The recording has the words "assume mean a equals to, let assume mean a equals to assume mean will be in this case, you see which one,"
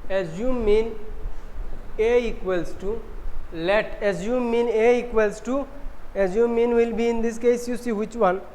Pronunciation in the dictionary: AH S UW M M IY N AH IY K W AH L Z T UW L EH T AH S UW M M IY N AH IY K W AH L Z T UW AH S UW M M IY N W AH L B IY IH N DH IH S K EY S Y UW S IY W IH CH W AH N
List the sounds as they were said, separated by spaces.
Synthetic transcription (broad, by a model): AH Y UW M M IY N AH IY K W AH L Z T UW L EH T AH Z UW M M IY N AH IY K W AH L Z T UW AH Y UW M M IY N W AH L B IY IH N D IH S K EY S Y UW S IY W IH CH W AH N